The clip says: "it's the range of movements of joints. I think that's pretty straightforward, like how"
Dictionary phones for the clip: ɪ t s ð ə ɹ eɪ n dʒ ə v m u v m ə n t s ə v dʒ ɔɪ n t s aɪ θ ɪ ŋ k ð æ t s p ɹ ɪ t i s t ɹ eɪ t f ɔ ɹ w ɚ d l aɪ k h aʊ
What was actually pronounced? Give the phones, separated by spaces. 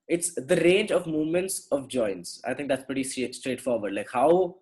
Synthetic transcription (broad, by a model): ɪ t s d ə ɹ eɪ n dʒ ə v m u v m ə n t s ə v dʒ ɔɪ n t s aɪ t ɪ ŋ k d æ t s p ɹ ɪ t i s t ɹ eɪ t f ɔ ɹ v ɚ d l aɪ k h aʊ